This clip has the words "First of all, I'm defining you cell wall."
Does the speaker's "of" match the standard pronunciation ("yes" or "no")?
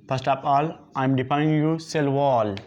no